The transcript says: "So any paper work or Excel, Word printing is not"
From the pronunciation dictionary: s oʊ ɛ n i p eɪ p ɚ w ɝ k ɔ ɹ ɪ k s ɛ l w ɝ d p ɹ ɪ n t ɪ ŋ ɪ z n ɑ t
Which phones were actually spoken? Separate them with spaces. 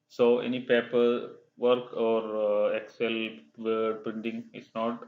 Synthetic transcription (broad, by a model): s oʊ ɛ n i p eɪ p ɚ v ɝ k ɔ ɹ ɪ k s ɛ l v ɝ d p ɹ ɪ n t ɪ ŋ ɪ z n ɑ t